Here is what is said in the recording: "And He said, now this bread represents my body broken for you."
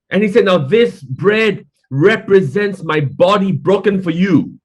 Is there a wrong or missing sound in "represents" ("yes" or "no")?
no